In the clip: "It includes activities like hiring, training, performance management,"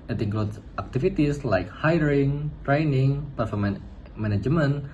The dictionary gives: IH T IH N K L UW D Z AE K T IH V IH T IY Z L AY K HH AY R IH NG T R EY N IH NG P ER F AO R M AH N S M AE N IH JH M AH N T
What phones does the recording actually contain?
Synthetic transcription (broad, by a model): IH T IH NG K L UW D AE K T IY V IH T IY S L AY K HH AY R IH NG T R EY N IH NG P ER F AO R M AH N M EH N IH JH M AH N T